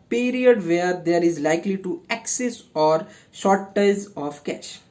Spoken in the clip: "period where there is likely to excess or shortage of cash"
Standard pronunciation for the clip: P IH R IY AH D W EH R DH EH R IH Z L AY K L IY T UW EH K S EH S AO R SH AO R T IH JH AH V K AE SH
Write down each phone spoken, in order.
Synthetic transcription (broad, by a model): P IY R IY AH D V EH R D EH R IH Z L AY K L IY T UW EH K S EH S AO R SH AO R T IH Z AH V K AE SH